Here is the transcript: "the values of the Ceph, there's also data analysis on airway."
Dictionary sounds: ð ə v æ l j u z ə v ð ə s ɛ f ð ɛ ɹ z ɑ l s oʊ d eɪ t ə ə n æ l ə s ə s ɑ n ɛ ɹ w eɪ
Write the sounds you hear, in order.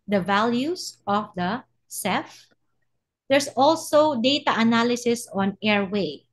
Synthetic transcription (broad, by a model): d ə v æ l j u s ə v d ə s ɛ f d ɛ ɹ s ɑ l s oʊ d eɪ t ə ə n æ l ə s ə s ɑ n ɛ ɹ w eɪ